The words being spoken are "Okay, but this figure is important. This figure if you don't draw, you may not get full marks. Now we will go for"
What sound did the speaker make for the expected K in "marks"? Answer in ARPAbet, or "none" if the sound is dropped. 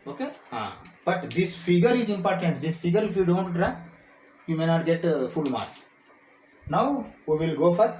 none